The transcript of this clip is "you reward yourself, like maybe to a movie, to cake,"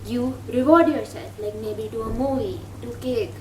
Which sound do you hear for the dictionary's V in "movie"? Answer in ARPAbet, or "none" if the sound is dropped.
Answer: none